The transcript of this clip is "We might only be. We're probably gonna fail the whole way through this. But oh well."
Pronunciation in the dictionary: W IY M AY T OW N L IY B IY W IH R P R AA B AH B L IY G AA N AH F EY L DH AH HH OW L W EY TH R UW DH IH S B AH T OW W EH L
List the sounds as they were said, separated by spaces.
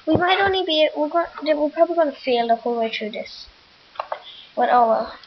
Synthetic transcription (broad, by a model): W IY M AY T OW N L IY B IY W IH W P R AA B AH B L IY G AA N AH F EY L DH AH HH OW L W EY T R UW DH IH S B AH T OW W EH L